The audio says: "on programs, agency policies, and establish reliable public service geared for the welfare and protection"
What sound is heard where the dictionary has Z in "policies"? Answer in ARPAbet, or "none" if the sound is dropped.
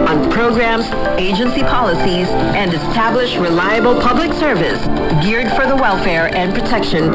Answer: Z